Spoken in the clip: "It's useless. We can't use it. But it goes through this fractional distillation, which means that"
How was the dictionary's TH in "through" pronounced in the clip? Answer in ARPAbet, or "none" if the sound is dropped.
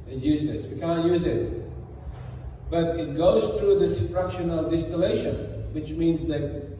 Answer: TH